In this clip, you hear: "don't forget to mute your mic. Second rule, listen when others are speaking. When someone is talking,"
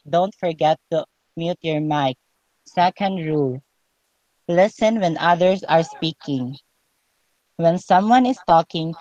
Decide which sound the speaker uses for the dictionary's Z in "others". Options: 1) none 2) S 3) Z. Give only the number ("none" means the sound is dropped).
2